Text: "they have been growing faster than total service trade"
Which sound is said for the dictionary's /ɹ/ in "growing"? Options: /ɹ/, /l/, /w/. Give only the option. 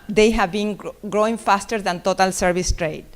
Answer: /ɹ/